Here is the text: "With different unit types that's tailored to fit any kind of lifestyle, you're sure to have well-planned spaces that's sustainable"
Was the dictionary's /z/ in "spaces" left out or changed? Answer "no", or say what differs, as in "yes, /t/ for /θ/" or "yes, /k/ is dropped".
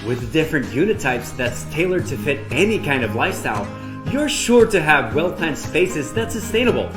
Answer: no